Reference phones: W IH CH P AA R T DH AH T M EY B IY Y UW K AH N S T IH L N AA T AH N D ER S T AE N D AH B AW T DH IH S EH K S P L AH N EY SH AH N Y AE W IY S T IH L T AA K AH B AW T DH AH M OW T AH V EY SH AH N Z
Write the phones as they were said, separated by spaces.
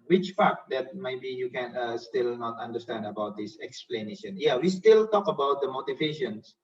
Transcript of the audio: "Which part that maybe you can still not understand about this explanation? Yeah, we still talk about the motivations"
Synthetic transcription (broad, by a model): W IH CH F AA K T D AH T M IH B IY Y UW K AH N S T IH L N AA T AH N D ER S T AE N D AH B AW T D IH S EH K S P L AH N EY SH AH N Y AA W IY S T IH L T AA K AH B AW T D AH M OW T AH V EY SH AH N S